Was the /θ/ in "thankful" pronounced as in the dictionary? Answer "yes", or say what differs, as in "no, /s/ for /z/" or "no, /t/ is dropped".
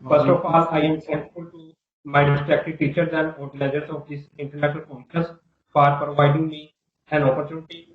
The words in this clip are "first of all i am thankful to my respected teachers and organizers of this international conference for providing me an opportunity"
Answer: no, /s/ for /θ/